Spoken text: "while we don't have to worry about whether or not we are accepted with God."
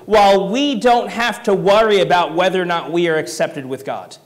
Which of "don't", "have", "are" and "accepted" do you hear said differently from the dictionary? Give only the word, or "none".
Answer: have